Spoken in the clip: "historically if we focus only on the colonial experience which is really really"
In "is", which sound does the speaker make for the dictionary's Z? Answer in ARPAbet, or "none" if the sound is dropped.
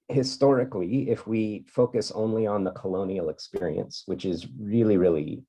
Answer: Z